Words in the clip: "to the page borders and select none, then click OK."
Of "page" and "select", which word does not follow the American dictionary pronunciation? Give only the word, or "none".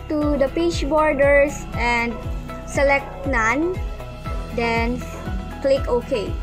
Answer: page